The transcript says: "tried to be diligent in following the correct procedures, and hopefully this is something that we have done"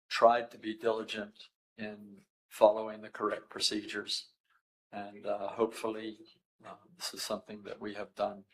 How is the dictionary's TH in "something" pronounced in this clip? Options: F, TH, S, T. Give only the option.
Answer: TH